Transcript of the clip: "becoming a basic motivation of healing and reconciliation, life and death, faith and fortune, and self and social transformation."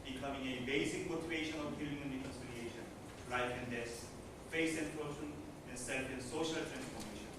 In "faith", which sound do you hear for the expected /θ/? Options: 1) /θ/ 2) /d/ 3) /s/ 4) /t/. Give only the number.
3